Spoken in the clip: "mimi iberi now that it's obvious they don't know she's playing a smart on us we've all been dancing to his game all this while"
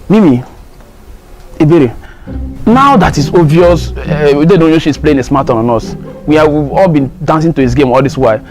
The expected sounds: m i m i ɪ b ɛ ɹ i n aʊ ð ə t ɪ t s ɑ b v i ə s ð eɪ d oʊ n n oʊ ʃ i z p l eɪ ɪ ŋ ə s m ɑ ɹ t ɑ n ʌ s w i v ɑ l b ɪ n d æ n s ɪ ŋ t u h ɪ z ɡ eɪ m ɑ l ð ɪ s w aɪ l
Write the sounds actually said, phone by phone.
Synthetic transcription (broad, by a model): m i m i ɪ b ɛ ɹ i n aʊ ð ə t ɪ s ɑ v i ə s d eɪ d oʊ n n oʊ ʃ i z p l eɪ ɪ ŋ ə s m ɑ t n ɑ n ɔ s w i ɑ ɑ l b ɪ n d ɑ n s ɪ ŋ t u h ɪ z ɡ eɪ m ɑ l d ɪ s w aɪ